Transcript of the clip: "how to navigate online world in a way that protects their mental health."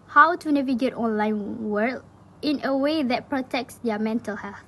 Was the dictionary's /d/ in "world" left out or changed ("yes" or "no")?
yes